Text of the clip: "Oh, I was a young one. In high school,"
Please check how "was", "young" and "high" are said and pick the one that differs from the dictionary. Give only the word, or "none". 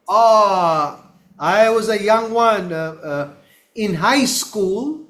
none